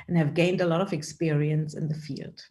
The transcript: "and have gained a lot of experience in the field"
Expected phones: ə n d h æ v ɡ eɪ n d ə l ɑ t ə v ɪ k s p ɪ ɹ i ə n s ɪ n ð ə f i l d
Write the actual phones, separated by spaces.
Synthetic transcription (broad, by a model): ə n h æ v ɡ eɪ n d ə l ɑ t ə v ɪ k s p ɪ ɹ i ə n s ɪ n ð ə f i l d